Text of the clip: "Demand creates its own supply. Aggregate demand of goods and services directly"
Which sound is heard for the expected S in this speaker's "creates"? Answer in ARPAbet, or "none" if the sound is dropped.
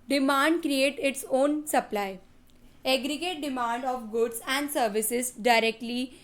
none